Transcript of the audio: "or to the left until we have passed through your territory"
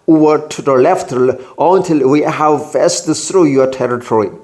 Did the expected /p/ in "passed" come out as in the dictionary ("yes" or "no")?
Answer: no